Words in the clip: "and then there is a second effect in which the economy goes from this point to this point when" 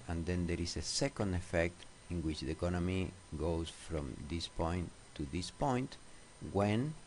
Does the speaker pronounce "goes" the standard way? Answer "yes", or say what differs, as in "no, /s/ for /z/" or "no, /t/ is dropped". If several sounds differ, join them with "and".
no, /s/ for /z/